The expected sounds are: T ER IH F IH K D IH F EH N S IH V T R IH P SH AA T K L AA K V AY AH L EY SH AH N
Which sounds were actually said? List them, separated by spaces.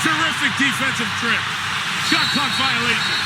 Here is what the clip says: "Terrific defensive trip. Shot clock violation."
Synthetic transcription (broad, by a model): T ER IH F IH K D IH F EH N S IH V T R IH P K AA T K AA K V AY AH L EY SH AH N